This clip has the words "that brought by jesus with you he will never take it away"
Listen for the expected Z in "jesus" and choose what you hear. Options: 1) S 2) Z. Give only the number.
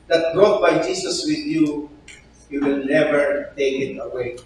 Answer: 1